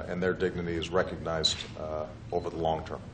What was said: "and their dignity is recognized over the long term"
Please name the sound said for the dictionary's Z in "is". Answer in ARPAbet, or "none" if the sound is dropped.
Z